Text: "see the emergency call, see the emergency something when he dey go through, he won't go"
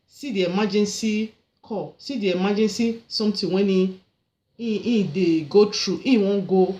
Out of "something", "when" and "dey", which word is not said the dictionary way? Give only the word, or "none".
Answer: something